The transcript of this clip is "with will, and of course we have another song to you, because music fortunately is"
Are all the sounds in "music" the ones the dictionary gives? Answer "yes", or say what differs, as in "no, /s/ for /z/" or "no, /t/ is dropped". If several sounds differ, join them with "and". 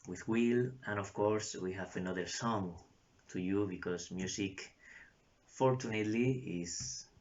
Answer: no, /s/ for /z/